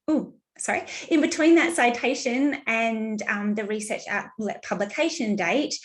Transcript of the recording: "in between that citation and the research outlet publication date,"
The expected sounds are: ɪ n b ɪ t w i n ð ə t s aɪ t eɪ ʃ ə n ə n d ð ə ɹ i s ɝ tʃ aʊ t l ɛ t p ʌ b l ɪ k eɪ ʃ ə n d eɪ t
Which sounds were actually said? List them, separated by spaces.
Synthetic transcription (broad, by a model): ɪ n b ɪ t w i n ð ə t s aɪ t eɪ ʃ ə n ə n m ð ə ɹ i s ɝ tʃ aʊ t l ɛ p ʌ b l ɪ k eɪ ʃ ə n d eɪ t